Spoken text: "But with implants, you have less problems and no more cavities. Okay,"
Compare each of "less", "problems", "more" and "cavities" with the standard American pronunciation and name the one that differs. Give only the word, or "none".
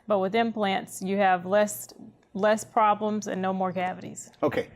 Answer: none